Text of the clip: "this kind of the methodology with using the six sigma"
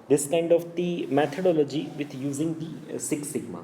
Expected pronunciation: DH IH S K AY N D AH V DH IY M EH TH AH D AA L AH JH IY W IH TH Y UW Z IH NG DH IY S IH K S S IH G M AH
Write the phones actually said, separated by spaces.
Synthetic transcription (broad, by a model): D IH S K AY N D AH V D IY M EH T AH D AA L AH JH IY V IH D Y UW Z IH NG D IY S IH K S S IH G M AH